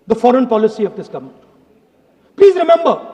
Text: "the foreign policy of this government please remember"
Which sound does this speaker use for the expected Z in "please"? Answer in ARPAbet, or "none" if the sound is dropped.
Z